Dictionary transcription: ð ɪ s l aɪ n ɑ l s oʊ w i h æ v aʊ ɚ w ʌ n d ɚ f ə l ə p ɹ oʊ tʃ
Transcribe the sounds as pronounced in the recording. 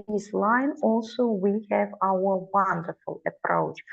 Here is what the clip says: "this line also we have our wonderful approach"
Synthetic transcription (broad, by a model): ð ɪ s l aɪ n ɑ l s oʊ w i h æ v aʊ ɚ w ʌ n d ɚ f ə l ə p ɹ oʊ tʃ